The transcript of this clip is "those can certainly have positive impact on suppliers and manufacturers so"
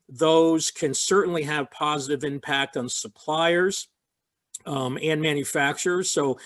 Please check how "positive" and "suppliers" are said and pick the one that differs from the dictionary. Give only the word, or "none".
none